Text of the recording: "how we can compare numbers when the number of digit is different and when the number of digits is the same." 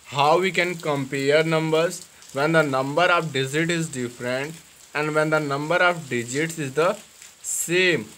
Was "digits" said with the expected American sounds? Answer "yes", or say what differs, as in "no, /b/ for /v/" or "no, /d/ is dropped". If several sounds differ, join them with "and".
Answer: yes